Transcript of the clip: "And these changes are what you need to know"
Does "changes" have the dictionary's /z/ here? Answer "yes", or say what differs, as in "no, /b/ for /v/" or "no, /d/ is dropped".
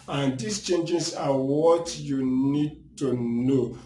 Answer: no, /s/ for /z/